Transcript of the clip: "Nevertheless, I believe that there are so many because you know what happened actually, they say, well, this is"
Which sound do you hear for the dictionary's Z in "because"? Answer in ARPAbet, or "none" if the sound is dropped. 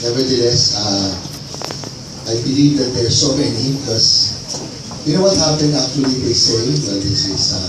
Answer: S